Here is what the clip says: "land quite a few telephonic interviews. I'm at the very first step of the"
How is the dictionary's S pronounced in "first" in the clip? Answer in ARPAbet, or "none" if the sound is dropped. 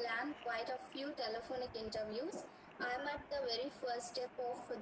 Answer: none